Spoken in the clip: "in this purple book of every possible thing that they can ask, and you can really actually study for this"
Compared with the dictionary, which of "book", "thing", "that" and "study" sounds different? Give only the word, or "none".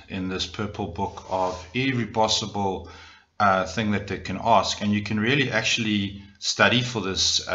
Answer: none